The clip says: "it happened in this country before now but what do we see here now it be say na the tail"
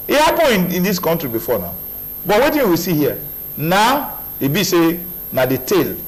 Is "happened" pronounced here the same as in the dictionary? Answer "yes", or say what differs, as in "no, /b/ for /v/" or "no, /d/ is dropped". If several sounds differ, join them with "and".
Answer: no, /d/ is dropped